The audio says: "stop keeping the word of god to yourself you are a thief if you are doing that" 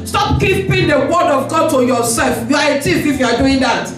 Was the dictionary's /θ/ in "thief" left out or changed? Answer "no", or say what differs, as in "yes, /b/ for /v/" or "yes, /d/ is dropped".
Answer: yes, /t/ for /θ/